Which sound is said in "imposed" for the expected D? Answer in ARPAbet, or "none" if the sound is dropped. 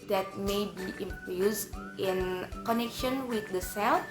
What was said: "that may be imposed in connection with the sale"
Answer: none